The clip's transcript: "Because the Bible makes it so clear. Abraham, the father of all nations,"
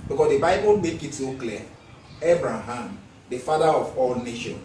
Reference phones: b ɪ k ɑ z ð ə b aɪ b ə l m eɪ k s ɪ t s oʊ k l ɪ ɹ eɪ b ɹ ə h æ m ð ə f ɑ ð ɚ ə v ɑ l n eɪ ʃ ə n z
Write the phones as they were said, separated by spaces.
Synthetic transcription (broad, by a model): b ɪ k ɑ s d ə b aɪ b ə l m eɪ k ɪ t s oʊ k l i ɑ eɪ b ɹ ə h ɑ m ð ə f ɑ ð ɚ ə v ɑ l n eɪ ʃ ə n